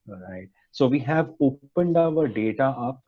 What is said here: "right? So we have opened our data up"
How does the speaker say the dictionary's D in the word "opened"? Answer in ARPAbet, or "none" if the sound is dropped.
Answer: D